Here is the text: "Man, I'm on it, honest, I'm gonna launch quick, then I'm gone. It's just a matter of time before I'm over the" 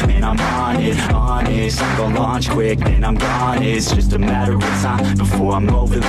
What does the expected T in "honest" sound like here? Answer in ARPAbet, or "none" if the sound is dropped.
none